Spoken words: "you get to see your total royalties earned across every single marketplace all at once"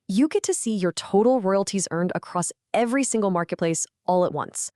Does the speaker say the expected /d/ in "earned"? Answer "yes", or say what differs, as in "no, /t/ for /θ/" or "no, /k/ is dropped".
yes